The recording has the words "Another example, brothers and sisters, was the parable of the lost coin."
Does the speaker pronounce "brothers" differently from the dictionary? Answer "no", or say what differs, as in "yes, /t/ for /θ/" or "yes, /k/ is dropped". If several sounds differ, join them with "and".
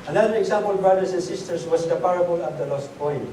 yes, /s/ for /z/